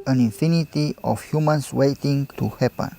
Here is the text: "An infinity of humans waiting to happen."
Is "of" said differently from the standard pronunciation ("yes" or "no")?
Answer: yes